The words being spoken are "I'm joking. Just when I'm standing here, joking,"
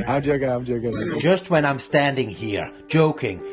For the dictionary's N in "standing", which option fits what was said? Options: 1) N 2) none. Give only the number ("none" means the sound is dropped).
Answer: 1